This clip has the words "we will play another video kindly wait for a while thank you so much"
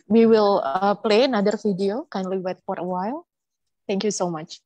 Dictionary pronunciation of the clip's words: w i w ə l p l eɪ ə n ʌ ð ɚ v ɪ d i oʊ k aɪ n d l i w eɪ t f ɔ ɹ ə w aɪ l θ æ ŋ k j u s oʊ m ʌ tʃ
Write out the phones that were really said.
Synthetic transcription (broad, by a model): w i w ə l p l eɪ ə n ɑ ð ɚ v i d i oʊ k aɪ n d l i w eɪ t f ɔ ɹ ə w aɪ l t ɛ ŋ k j u s oʊ m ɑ tʃ